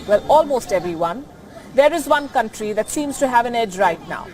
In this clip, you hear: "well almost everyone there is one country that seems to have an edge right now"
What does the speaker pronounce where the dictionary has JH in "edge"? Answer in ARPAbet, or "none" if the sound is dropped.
JH